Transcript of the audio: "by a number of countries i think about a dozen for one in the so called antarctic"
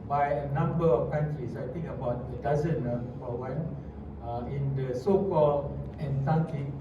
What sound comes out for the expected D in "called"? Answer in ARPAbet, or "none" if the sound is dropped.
none